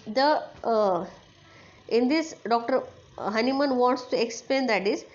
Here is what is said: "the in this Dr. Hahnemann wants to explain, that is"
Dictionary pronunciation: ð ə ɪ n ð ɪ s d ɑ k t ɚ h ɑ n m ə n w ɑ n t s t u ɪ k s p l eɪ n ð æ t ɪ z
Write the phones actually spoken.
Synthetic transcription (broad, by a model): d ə ɪ n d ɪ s d ɑ k t ɚ h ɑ n m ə n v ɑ n t s t u ɪ k s p l eɪ n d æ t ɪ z